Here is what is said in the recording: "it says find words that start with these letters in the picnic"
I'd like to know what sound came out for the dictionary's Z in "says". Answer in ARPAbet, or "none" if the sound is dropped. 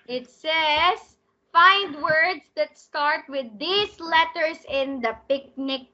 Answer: S